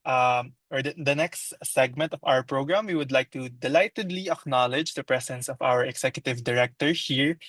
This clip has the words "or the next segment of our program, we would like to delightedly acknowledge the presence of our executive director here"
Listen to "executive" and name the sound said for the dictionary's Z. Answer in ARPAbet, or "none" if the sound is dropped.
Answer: S